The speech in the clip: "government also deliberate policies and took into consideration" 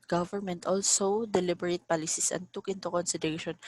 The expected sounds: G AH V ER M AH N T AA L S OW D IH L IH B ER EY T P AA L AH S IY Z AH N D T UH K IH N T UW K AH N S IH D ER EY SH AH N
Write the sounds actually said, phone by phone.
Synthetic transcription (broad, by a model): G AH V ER M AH N T AA L S OW D IH L IH B ER EY T P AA L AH S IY S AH N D T UH K IH N T UW K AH N S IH D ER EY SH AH N